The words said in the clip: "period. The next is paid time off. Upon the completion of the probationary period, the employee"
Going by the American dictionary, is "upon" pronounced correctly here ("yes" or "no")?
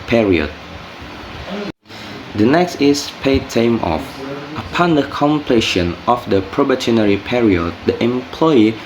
yes